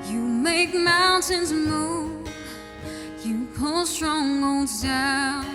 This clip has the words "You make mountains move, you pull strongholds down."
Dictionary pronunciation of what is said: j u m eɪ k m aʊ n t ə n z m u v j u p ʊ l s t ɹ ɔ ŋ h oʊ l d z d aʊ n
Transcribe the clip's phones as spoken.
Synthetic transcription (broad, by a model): j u m eɪ k m aʊ n t ə n z m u j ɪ p ʊ l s t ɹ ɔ ŋ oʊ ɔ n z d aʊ